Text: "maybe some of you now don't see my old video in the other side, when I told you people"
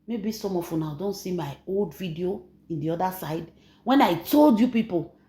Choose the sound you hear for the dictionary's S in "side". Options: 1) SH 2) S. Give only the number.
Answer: 2